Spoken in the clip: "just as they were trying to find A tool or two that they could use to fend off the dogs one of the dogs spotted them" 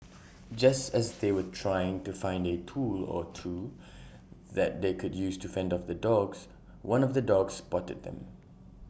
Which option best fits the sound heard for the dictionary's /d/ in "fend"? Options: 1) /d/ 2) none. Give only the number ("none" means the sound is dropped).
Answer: 1